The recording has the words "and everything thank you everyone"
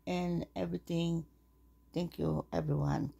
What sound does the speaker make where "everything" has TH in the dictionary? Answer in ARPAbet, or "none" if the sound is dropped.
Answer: T